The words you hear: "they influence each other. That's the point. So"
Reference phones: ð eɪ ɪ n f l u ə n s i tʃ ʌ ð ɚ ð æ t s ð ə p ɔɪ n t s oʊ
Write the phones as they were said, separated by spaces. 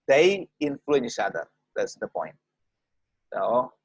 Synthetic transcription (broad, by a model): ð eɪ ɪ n f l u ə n i tʃ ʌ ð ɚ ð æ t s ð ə p ɔɪ n t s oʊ